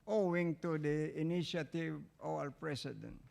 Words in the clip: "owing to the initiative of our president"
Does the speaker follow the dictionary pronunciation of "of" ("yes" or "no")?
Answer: no